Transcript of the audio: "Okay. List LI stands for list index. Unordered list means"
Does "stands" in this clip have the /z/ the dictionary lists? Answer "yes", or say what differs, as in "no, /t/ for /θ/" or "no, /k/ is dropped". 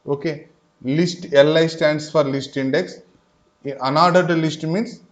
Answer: no, /s/ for /z/